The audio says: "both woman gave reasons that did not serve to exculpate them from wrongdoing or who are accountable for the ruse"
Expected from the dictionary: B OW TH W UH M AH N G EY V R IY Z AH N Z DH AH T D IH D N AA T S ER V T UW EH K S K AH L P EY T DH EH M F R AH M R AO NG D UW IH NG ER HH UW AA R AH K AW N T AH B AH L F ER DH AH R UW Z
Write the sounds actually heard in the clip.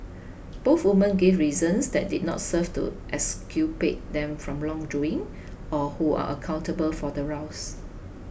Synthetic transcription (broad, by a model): B OW TH W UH M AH N G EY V R IY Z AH N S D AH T D IH D N AA T S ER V T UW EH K S K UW P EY T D EH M F R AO M L AO NG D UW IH NG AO HH UW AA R AH K AW N T AH B AH L F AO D AH R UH S